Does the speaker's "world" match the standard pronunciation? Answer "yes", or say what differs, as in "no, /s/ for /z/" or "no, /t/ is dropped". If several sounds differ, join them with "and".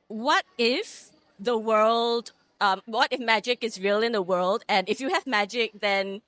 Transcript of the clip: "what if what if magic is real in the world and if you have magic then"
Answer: yes